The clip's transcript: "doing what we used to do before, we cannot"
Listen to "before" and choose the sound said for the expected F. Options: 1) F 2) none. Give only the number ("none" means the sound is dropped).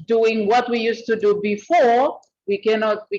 1